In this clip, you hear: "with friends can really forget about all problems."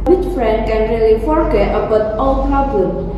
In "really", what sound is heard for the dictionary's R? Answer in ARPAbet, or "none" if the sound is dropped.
R